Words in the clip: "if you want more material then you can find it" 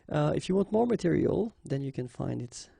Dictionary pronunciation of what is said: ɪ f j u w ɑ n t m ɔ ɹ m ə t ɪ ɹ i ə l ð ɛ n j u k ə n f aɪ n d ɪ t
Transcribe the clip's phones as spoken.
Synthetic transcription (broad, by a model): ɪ f j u w ɑ n t m ɔ ɹ m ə t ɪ ɹ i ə l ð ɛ n j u k ə n f aɪ n d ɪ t